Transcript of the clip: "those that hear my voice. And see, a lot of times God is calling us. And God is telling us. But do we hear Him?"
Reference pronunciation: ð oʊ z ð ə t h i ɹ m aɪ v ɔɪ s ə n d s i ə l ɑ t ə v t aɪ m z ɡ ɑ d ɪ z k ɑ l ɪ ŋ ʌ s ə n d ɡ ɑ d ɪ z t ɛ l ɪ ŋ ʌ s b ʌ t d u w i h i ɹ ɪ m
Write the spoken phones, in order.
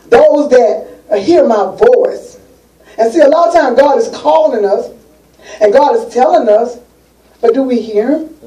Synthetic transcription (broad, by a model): ð oʊ z ð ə t h i ɹ m aɪ v ɔɪ s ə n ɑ s i ə l ɑ t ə t aɪ m ɡ ɑ d ɪ z k ɑ l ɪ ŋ ʌ s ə n ɡ ɑ d ɪ z t ɛ l ɪ ŋ ʌ s b ʌ t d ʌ w i h i ɹ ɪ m